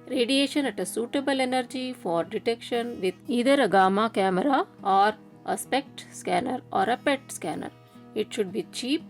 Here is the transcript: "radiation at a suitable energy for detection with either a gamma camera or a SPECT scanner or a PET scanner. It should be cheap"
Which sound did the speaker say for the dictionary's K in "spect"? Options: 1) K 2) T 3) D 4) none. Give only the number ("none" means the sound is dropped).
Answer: 1